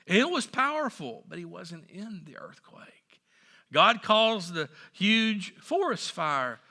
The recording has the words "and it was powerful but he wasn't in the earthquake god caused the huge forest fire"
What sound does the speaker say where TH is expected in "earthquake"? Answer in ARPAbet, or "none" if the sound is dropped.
TH